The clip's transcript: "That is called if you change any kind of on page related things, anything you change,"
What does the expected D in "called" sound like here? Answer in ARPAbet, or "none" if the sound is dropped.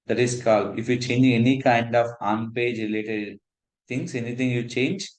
none